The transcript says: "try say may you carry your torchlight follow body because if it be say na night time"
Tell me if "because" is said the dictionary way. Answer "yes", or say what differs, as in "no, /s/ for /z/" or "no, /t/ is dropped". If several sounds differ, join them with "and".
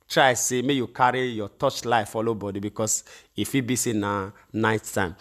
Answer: no, /s/ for /z/